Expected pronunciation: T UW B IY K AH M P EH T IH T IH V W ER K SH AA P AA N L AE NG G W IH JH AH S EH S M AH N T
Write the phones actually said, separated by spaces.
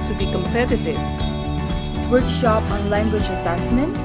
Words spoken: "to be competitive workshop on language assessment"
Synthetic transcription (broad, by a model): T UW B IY K AH M P EH T IH T IH V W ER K SH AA P AA N L AE NG G W IH JH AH S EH S M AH N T